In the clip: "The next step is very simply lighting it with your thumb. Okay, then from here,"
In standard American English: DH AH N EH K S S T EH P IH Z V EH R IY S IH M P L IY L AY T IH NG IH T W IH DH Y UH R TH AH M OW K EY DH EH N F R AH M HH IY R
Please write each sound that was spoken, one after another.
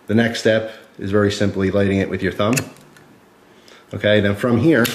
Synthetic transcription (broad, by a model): DH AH N EH K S S T EH P IH Z V EH R IY S IH M P L IY L AY T IH NG IH T W IH DH Y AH R TH AH M OW K EY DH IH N F R AH M HH IY R